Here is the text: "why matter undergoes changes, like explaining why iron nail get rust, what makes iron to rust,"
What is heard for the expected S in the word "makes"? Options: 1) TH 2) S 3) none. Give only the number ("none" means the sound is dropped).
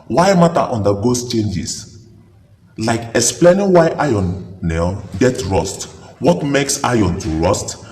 2